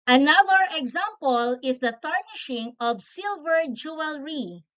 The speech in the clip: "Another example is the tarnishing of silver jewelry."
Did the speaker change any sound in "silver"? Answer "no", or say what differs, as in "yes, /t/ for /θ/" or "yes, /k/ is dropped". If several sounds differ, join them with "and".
no